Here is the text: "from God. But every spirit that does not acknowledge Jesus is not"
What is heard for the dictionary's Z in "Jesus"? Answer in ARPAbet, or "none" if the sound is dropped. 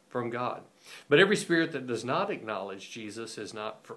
Z